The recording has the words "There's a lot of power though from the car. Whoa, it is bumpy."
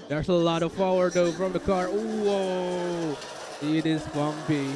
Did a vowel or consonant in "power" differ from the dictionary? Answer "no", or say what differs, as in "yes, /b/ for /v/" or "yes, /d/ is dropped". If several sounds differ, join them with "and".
yes, /f/ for /p/